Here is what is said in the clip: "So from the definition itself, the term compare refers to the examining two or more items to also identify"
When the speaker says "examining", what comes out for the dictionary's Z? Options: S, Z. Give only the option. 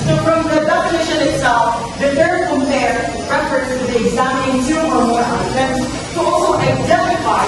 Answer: Z